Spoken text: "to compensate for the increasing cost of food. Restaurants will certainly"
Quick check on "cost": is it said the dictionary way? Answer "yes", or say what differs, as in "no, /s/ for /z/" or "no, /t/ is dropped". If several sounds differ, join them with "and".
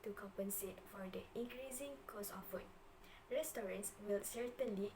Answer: no, /t/ is dropped